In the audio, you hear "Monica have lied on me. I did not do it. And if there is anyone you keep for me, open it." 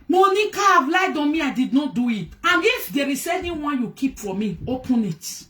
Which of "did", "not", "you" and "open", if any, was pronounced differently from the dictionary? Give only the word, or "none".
none